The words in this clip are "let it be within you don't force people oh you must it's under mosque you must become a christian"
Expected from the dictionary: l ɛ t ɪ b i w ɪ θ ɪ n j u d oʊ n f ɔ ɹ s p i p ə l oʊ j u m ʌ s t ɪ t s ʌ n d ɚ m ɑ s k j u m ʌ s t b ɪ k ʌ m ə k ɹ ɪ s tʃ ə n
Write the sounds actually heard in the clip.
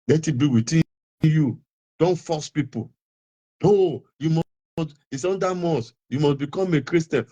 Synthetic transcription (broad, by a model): l ɛ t ɪ b i w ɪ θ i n j u d oʊ n f ɔ s p i p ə n oʊ j u m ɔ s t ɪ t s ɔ n d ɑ m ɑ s j u m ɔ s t b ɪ k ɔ m ə k ɹ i s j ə n